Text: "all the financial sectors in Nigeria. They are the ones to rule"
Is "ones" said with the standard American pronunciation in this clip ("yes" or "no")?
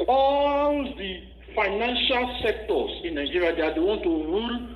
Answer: no